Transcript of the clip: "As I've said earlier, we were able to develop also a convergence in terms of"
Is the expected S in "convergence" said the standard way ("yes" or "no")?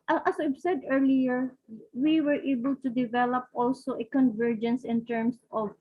yes